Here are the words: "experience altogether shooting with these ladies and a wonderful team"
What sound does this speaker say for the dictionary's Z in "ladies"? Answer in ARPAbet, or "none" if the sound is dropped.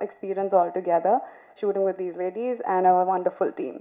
Z